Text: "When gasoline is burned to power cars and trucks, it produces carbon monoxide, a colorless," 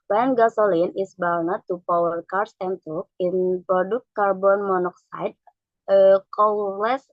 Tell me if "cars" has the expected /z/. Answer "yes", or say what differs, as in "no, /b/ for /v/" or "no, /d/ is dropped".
no, /s/ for /z/